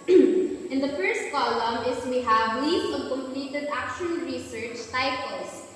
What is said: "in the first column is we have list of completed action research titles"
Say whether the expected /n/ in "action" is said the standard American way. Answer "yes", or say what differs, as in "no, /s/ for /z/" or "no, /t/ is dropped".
no, /l/ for /n/